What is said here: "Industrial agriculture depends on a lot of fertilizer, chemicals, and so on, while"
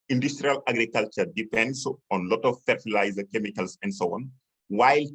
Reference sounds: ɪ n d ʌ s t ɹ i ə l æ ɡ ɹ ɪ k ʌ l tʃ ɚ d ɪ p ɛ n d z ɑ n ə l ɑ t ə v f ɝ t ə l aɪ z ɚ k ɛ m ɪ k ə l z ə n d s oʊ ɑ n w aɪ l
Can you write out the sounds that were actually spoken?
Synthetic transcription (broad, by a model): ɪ n d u s t ɹ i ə l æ ɡ ɹ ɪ k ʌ l tʃ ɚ d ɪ p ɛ n d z ɑ n l ɑ t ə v f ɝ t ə l aɪ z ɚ k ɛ m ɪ k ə l s ə n d s oʊ ɑ n w aɪ l